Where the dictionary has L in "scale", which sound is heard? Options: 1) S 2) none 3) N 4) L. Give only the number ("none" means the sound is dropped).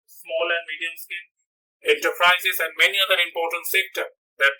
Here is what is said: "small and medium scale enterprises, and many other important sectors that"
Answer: 3